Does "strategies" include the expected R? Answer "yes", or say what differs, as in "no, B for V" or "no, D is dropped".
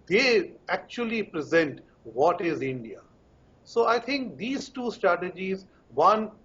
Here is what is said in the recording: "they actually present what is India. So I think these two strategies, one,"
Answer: yes